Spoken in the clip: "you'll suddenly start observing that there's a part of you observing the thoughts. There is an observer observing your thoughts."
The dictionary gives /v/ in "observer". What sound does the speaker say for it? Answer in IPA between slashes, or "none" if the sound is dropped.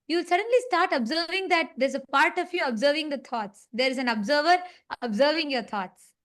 /v/